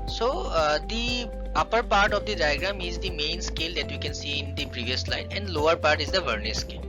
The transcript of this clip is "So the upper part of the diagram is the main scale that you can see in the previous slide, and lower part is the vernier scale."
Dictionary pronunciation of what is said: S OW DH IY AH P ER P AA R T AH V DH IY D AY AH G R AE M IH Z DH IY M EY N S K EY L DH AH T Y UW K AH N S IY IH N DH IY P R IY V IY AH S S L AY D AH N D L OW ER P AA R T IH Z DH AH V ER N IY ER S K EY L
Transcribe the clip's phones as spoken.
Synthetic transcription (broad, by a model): S OW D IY AH P ER P AA R T AH V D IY D AY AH G R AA M IH Z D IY M EY N S K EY L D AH T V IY K AH N S IY IH N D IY P R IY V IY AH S S L AY D AH N D L OW ER P AA R T IH Z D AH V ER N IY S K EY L